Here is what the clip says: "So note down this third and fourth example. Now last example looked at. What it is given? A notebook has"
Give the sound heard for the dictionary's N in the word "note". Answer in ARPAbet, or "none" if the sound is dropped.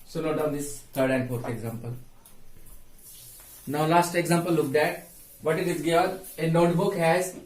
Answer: L